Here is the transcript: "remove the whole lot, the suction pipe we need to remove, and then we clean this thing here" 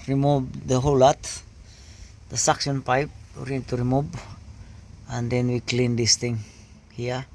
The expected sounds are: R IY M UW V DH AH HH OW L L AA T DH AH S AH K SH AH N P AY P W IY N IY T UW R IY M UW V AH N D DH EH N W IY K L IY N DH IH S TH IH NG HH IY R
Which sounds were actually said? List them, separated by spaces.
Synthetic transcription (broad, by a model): R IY M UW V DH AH HH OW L L AA T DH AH S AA K S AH N P AY P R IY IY T UW R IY M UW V AH N D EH N W IY K L IY N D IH S T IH NG HH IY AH